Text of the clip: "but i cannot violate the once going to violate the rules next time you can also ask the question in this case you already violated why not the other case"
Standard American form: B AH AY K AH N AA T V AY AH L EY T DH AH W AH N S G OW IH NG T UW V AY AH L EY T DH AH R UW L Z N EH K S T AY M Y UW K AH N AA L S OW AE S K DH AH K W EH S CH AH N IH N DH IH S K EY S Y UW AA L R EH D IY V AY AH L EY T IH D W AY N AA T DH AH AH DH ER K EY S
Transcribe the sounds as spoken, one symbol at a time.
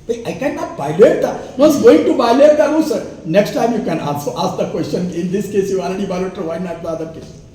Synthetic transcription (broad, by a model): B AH AY K AH N AA T B AY L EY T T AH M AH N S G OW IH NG T UW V AY L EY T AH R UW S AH N EH K S T AY M Y UW K AH N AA N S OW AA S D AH K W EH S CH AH N IH N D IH S K EY S Y UW AA L R EH D IY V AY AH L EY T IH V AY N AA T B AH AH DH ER K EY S